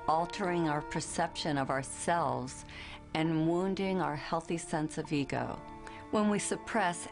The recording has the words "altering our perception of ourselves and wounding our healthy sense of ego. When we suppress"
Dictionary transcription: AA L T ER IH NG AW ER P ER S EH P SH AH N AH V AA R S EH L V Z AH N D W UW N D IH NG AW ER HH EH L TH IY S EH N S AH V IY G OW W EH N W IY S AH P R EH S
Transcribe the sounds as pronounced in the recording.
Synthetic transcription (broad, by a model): AA L T ER IH NG AW ER P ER S EH P SH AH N AH V AA R S EH L V Z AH N W UW N D IH NG AW ER HH EH L TH IY S EH N S AH V IY G OW W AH N W IY S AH P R EH S